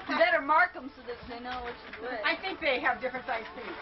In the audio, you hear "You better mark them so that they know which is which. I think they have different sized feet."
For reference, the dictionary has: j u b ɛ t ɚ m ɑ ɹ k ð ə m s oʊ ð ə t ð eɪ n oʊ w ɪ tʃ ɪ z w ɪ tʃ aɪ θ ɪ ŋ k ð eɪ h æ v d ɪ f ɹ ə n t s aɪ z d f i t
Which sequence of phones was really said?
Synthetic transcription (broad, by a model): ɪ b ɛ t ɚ m ɑ ɹ k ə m s oʊ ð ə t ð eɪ n oʊ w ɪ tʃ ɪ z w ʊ aɪ θ ɪ ŋ k ð eɪ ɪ v d ɪ f ɹ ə n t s aɪ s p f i